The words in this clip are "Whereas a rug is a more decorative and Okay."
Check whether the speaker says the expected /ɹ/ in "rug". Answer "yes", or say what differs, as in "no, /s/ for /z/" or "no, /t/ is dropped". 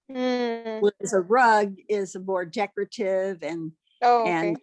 yes